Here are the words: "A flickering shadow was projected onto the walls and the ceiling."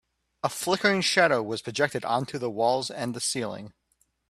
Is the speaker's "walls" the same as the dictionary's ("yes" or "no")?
yes